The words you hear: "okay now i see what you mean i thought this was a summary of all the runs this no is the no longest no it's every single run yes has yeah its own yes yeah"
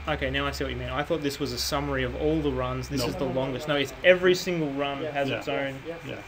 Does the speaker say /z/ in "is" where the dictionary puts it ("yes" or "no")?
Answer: yes